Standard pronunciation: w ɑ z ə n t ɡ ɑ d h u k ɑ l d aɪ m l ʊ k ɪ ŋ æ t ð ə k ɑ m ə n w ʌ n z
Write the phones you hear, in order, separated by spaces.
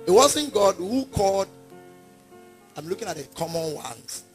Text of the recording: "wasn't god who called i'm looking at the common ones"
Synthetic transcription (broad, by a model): w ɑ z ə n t ɡ ɑ d h u k ɑ l d aɪ m l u k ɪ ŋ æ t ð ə k ɑ m ə n w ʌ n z